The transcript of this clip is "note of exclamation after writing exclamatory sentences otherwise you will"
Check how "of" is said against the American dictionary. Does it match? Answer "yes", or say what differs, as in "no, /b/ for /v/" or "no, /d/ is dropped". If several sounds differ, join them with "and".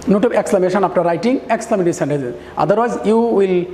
no, /b/ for /v/